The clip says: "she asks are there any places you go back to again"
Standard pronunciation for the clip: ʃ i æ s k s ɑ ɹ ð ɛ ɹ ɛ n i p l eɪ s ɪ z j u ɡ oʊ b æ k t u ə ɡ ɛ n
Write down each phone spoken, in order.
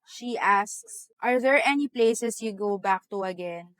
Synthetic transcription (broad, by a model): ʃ i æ s k s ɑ ɹ ð ɛ ɹ ɛ n i p l eɪ s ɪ s j u ɡ oʊ b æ k t u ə ɡ ɛ n